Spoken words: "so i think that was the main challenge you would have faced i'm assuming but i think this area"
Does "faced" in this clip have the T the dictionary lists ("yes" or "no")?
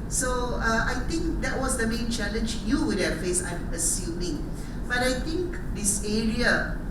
no